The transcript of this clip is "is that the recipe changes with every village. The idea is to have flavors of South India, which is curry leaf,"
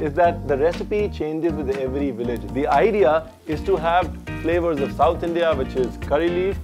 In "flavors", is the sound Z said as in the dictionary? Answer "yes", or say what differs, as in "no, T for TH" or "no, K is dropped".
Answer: yes